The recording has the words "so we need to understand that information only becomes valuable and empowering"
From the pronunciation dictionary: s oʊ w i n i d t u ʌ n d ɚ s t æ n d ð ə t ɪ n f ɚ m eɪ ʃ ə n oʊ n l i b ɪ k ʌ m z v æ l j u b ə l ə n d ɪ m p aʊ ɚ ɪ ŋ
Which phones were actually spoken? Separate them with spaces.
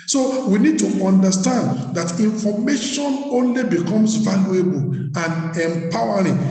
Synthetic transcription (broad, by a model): s oʊ w i n i d t u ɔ n d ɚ s t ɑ n d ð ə t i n f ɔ m eɪ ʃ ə n oʊ n l i b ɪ k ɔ m s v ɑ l j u b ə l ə n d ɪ m p aʊ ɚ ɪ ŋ